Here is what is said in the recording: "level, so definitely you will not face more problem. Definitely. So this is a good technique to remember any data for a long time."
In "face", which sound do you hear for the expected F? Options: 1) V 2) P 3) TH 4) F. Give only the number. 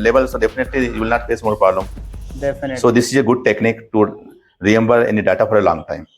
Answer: 2